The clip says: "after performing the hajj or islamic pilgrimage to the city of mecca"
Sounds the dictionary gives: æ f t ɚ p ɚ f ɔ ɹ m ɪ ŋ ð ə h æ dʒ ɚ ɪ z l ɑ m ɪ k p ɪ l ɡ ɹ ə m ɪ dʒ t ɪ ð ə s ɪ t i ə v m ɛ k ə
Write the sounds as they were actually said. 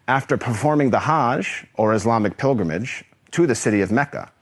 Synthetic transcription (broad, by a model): æ f t ɚ p ɚ f ɔ ɹ m ɪ ŋ ð ə h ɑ ʒ ɚ ɪ z l ɑ m ɪ k p ɪ l ɡ ɹ ə m ɪ dʒ t ɪ ð ə s ɪ t i ə v m ɛ k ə